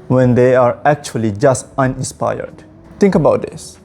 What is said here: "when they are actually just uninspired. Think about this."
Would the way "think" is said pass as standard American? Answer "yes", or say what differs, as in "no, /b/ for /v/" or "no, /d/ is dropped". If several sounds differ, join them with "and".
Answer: no, /t/ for /θ/